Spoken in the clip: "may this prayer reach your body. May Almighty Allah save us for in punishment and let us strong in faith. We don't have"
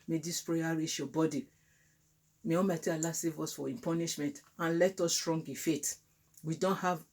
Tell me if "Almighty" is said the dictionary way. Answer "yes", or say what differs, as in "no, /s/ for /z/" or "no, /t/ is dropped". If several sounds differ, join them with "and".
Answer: no, /l/ is dropped